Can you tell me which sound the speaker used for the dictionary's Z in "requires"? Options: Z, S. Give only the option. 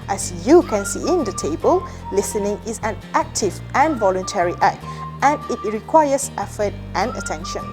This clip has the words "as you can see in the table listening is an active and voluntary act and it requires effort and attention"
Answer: S